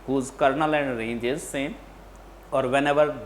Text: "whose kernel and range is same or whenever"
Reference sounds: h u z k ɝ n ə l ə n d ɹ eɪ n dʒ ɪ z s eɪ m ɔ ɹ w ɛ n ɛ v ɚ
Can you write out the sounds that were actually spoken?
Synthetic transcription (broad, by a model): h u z k ɝ n ə l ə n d ɹ eɪ n dʒ ɪ z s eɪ ɔ ɹ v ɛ n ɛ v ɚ